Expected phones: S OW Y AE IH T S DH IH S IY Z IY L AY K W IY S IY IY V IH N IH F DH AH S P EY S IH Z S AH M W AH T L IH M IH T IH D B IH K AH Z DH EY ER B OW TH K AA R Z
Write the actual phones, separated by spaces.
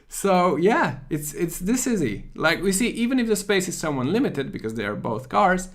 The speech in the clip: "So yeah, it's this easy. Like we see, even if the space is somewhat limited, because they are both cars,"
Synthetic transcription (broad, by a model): S OW Y AE IH T S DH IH S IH Z IY L AY K W IY S IY IY V IH N IH F DH AH S P EY S IH Z S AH M W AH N L IH M IH T IH D B IH K AH Z DH EY ER B OW TH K AA R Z